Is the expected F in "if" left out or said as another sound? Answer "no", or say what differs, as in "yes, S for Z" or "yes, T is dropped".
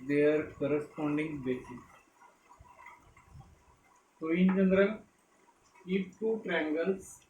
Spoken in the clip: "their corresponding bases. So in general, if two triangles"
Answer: yes, P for F